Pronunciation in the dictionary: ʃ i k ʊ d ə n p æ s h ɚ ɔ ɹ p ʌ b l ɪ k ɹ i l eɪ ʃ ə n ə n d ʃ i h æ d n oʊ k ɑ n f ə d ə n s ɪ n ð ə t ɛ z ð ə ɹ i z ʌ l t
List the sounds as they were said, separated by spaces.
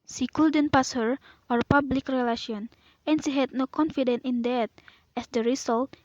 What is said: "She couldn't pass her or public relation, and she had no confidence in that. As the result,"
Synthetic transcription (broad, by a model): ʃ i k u d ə n p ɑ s h ɚ ɔ ɹ p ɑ b l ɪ k ɹ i l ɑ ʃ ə n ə n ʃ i h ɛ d n oʊ k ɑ n f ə d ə n ɪ n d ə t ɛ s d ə ɹ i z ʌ l t